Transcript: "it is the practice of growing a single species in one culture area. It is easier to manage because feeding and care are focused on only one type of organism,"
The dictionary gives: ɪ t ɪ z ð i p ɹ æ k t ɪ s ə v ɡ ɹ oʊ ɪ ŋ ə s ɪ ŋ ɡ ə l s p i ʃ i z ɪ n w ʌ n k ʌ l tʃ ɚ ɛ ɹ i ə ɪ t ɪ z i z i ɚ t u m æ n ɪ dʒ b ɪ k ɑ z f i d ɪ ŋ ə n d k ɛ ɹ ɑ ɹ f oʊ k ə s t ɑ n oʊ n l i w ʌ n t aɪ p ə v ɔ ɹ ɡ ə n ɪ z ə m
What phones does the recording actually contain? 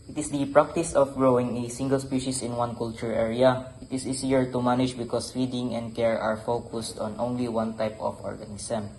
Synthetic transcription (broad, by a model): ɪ t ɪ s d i p ɹ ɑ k t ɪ s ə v ɡ ɹ oʊ ɪ ŋ ə s ɪ ŋ ɡ ə l s p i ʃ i s ɪ n w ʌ n k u l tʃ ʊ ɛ ɹ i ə ɪ t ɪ s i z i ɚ t u m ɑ n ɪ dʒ b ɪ k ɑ s f i d ɪ ŋ ə n d k ɛ ɹ ɑ ɹ f oʊ k ə s t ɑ n oʊ n l i w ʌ n t aɪ p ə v ɔ ɹ ɡ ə n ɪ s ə m